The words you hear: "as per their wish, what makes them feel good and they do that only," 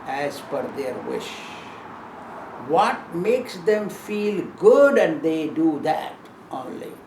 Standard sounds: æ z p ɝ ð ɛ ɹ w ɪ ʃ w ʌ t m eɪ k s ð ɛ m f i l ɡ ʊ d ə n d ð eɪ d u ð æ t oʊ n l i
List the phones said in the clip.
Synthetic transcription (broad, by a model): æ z f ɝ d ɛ ɹ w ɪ ʃ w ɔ t m eɪ k s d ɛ m f i l ɡ ʊ d ə n d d eɪ d u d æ t oʊ n l i